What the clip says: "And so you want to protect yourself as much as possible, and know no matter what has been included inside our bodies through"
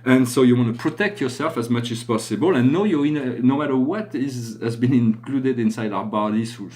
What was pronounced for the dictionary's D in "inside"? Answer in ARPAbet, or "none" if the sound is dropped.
D